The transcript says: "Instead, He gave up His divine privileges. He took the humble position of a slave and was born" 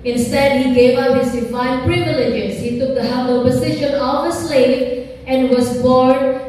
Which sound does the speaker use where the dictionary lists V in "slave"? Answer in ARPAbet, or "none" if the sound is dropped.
none